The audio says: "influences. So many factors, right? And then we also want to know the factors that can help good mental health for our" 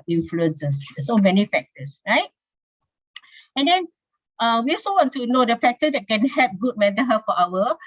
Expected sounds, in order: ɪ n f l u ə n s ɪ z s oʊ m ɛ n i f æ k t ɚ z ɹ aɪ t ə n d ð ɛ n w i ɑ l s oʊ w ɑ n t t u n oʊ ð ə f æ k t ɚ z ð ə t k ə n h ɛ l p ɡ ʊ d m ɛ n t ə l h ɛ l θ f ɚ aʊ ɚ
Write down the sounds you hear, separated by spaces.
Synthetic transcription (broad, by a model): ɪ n f l u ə n s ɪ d s oʊ m ɛ n i f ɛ k t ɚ s ɹ aɪ t ə n d ɛ n w i ɑ l s oʊ w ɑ n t t u n oʊ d ə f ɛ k t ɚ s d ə t k ə n h ɛ p ɡ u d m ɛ t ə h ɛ f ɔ aʊ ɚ